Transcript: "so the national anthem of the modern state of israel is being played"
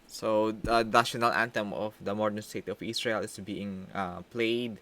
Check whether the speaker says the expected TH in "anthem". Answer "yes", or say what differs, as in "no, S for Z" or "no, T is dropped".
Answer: no, T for TH